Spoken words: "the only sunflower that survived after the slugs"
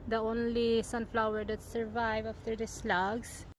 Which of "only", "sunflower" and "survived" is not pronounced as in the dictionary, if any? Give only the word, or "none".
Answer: survived